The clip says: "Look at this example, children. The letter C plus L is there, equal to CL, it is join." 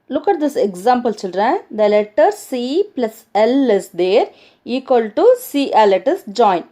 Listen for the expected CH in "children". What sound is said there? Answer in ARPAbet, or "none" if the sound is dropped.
S